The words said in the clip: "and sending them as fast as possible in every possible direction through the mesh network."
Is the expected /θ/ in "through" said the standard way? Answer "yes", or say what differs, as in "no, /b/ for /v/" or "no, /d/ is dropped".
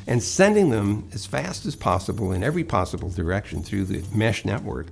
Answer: yes